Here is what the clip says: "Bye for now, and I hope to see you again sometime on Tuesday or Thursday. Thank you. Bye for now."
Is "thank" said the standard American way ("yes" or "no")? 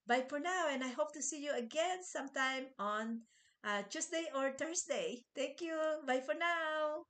no